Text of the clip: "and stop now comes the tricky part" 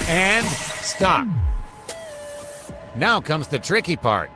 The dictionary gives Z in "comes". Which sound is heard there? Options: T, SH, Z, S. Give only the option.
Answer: Z